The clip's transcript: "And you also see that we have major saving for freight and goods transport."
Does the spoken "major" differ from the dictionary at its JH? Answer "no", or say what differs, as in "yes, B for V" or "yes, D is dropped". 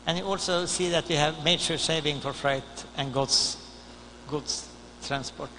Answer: yes, SH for JH